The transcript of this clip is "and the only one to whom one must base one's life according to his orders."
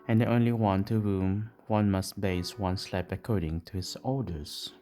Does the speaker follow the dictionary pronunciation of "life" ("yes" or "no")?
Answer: no